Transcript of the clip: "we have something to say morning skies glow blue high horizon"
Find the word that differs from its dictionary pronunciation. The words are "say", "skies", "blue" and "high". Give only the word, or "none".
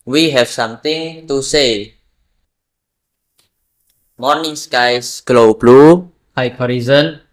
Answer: skies